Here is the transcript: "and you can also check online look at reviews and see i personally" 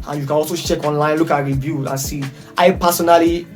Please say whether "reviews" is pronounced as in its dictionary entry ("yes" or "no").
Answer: no